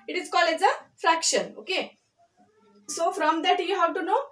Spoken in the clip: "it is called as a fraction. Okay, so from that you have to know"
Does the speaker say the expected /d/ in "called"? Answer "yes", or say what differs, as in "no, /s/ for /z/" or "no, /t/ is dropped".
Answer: no, /d/ is dropped